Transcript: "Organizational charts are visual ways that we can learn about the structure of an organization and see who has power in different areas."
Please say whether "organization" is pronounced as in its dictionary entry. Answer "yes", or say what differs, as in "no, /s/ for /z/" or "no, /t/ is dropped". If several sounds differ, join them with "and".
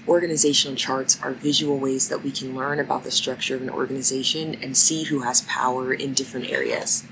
yes